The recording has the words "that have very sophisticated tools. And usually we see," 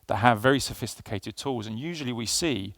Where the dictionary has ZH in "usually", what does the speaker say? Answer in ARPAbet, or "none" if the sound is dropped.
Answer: ZH